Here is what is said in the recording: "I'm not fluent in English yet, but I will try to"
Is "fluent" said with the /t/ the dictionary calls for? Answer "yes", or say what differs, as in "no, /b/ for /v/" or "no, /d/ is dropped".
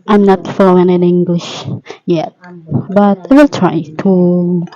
no, /t/ is dropped